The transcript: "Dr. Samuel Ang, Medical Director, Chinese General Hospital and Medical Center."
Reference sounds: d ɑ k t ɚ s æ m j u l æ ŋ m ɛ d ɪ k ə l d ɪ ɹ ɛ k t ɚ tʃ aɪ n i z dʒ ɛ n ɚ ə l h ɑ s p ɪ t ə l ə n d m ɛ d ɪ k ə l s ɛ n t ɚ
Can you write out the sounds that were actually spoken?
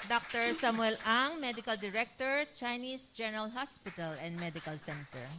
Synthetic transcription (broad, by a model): d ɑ k t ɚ s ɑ m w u l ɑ ŋ m ɛ d ɪ k ə l d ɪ ɹ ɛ k t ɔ tʃ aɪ n i s dʒ ɛ n ɚ ə l h ɑ s p ɪ t ə l ə n d m ɛ d ɪ k ə l s ɛ n t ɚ